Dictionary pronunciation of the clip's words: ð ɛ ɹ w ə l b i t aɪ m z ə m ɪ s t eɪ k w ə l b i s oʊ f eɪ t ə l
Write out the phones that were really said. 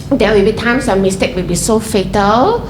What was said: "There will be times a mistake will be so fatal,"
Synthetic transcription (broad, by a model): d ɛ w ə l b i t aɪ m s ə m ɪ s t eɪ k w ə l b i s oʊ f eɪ t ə l